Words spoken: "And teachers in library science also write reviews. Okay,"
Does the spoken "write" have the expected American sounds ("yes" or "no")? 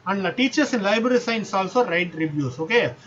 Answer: yes